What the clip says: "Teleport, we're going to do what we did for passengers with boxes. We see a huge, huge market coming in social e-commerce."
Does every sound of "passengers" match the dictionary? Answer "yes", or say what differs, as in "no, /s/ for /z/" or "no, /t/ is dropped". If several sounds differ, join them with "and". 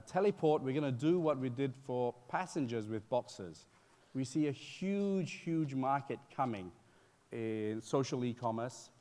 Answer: yes